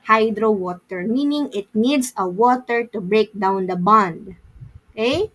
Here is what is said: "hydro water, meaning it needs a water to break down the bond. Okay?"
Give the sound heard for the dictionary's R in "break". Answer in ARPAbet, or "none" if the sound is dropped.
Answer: R